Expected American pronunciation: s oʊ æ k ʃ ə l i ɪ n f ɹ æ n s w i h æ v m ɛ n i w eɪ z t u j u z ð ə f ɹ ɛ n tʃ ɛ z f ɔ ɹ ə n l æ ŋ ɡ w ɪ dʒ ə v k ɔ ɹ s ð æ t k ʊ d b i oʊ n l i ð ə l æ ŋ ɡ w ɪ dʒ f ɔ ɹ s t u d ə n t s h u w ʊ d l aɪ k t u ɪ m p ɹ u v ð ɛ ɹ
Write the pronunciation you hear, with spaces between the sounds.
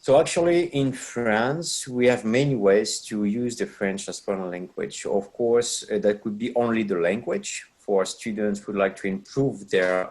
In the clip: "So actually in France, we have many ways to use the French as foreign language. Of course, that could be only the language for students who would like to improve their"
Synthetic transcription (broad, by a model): s oʊ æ k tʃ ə l i ɪ n f ɹ æ n s w i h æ v m ɛ n i w eɪ z t u j u z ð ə f ɹ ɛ n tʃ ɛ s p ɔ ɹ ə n l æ ŋ ɡ w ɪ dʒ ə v k ɔ ɹ s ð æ t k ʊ d b i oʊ n l i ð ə l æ ŋ ɡ w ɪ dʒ f ɔ ɹ s t u d ə n t s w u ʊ d l aɪ k t u ɪ m p ɹ u v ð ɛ ɹ